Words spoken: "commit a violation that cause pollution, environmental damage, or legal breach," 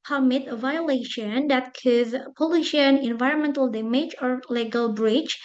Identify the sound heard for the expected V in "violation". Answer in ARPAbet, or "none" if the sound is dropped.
V